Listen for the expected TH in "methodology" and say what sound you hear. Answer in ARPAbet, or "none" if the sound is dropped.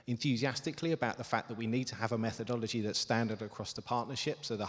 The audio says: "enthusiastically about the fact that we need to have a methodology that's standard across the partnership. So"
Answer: TH